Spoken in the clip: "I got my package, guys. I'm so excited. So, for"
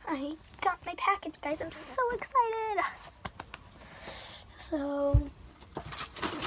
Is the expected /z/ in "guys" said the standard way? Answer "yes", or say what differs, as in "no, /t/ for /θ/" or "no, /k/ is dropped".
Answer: yes